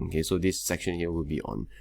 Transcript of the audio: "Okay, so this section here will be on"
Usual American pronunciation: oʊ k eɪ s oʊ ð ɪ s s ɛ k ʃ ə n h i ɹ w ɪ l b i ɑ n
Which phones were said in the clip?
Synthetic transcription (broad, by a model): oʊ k eɪ s oʊ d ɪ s s ɛ k ʃ ə n h i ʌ w ɪ l b i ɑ n